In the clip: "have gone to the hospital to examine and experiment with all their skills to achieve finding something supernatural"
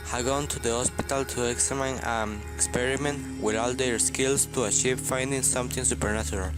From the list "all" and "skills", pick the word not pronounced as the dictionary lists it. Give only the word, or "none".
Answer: skills